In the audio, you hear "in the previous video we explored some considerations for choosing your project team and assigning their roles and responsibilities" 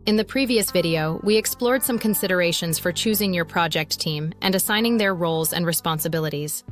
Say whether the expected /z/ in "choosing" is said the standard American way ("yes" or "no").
yes